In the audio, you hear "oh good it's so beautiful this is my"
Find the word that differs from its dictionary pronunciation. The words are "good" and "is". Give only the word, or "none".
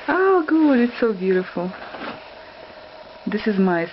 none